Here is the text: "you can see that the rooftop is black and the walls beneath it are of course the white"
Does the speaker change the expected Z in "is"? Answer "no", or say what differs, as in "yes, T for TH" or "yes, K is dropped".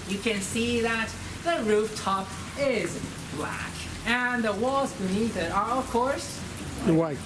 no